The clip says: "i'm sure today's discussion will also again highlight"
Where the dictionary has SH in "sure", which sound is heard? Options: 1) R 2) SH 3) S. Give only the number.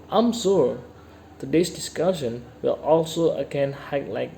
3